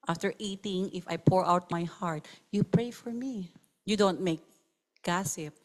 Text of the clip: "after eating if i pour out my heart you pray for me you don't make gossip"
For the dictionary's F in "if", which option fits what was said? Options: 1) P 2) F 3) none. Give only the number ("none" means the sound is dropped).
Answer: 2